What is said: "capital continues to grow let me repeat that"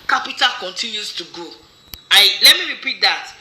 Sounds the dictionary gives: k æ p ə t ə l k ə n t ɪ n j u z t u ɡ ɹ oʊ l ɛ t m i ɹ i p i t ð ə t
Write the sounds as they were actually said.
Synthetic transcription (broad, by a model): k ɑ p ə t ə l k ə n t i n j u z t u ɡ oʊ l ɛ t m i ɹ i p i t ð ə t